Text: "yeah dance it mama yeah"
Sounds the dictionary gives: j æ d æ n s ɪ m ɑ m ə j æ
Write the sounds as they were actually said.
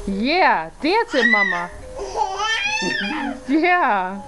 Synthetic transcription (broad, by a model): j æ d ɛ s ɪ m ɑ m ə j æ